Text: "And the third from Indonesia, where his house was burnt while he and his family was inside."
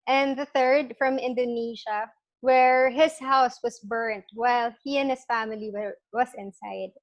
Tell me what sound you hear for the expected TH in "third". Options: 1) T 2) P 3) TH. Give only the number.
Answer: 3